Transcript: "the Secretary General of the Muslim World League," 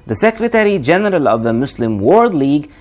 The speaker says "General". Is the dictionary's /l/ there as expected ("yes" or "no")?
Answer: yes